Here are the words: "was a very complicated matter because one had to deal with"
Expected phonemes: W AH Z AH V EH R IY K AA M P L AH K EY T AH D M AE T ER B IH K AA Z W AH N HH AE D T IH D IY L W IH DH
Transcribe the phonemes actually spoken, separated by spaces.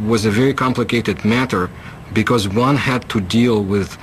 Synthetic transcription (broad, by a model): W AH Z AH V EH R IY K AA M P L AH K EY T AH D M AE T ER B IH K AA Z W AH N HH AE D T IH D IY L W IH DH